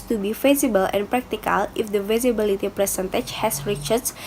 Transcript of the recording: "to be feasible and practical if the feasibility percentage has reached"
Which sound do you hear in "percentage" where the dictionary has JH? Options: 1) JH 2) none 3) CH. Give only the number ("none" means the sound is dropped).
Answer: 3